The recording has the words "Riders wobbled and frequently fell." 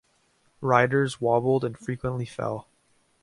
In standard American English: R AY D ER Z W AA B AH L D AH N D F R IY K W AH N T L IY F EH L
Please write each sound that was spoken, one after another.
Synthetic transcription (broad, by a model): R AY D ER Z W AA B L D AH N F R IY K W AH N T L IY F EH L